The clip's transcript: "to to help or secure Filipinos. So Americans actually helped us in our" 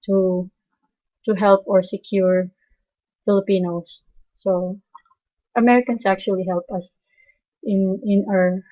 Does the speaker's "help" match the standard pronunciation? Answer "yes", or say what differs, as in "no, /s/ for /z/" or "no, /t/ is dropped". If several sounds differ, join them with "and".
yes